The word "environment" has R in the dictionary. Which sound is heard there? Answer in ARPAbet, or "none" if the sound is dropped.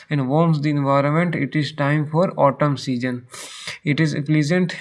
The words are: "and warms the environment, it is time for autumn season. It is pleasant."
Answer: R